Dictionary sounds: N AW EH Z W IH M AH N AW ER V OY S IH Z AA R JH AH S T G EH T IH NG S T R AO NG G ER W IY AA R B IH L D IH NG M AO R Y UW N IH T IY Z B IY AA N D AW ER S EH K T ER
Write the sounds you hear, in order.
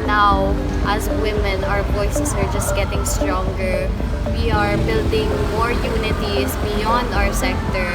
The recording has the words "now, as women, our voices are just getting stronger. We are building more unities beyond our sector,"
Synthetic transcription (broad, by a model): N AW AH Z W IH M AH N AW ER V OY S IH S AA R JH AH S T G EH T IH NG S T R AO NG G ER W IY AA R B IH L D IH NG M AO R Y UW N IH T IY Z B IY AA N D AW ER S EH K T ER